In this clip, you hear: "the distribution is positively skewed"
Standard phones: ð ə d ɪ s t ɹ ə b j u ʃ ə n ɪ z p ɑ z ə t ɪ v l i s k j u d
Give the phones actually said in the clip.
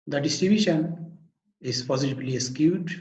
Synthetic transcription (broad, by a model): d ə d ɪ s t ɹ ə b j u ʃ ə n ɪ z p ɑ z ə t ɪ b l i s k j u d